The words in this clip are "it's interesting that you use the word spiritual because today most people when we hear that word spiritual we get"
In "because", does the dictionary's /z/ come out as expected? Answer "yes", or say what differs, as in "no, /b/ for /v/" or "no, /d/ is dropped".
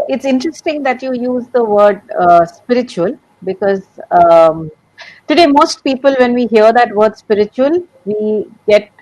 yes